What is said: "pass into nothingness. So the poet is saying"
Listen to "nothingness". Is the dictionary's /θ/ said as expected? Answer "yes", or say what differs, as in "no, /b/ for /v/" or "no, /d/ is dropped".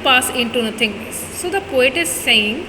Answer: no, /t/ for /θ/